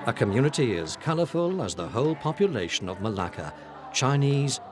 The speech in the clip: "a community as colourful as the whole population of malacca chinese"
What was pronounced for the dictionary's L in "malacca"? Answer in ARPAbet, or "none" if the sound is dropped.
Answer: L